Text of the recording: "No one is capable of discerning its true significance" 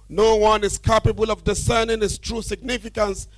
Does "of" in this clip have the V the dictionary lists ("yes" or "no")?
yes